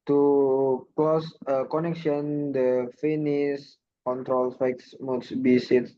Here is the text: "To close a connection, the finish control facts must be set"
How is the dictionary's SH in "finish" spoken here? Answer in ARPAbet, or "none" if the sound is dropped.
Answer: S